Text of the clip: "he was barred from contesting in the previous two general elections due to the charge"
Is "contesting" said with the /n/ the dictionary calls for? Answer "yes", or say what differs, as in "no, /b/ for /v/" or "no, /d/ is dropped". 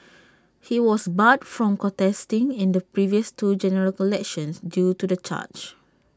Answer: no, /n/ is dropped